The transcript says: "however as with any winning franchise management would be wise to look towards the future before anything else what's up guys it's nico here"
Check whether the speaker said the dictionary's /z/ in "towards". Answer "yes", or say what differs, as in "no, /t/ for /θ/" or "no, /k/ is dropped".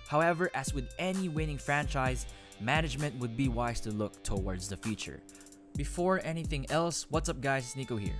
yes